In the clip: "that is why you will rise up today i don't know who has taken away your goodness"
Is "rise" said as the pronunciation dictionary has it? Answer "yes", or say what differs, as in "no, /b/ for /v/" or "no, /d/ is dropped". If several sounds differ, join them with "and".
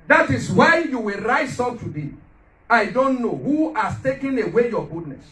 no, /s/ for /z/